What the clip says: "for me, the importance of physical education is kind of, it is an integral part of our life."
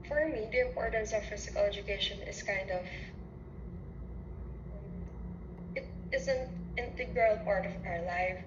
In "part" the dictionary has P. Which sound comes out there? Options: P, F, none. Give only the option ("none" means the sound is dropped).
P